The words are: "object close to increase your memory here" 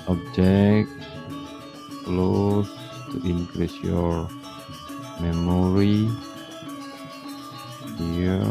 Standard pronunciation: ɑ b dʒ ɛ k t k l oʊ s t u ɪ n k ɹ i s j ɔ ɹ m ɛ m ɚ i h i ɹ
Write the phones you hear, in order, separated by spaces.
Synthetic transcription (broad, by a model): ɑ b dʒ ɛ k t k l oʊ s t u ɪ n k ɹ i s j ɔ ɹ m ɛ m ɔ i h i